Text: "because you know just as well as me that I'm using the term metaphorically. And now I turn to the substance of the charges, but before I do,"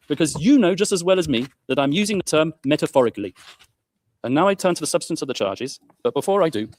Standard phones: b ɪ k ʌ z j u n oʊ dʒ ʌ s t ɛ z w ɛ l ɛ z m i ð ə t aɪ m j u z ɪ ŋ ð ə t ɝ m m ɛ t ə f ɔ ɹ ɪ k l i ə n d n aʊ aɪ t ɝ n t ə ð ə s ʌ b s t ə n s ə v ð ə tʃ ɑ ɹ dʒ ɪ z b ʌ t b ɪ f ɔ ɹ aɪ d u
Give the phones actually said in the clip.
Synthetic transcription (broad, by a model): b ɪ k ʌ z j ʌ n oʊ dʒ ʌ s t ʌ z w ɛ l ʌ z m i ð ə t aɪ m j u z ɪ ŋ ð ə t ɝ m m ɛ t ə f ɔ ɹ ɪ k l i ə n n aʊ aɪ t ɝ n t ə ð ə s ʌ b s t ə n s ə v ð ə tʃ ɑ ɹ dʒ ɪ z b ʌ t b ɪ f ɔ ɹ aɪ d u